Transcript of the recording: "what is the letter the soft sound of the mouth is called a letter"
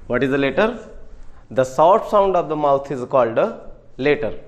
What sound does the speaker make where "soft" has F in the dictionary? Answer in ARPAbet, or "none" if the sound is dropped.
none